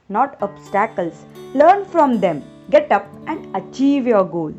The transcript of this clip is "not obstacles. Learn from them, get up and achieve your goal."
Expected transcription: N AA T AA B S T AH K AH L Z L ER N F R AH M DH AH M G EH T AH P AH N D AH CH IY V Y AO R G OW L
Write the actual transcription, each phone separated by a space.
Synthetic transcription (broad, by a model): N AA T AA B S T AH K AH L S L ER N F R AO M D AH M G EH T AH P AH N D AH CH IY V Y AO R G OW L